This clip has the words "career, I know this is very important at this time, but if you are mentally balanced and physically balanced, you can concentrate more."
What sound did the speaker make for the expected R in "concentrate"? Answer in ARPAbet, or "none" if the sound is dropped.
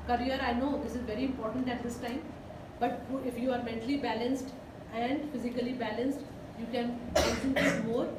none